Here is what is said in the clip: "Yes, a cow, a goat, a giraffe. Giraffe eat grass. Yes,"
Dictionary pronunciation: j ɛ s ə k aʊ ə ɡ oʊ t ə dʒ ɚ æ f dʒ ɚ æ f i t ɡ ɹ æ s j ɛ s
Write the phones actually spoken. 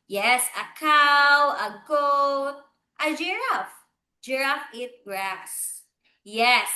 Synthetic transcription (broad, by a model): j ɛ s ə k aʊ ə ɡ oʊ t ə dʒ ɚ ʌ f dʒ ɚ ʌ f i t ɡ ɹ æ s j ɛ s